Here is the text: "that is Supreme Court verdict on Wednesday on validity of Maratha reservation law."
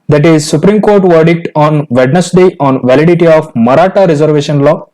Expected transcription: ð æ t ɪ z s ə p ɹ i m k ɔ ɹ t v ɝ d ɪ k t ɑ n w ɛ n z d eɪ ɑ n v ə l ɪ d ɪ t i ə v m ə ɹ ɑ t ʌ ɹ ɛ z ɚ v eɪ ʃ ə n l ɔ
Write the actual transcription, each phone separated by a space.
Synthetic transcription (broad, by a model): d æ t ɪ z s ə p ɹ i m k ɔ ɹ t v ɝ d ɪ k t ɑ n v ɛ n s d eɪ ɑ n v ə l ɪ d ɪ t i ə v m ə ɹ ɑ t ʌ ɹ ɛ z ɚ v eɪ ʃ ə n l ɔ